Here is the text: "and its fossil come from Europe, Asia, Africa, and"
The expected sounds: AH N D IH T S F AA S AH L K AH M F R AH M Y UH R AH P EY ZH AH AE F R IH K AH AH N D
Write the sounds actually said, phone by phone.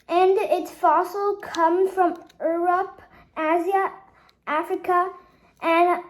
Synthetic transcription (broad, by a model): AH N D IH T S F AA S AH L K AH M F R AH M Y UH R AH P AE Z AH AE F R IH K AH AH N